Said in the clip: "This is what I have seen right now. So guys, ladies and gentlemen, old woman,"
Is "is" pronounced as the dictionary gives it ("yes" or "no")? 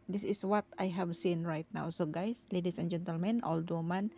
no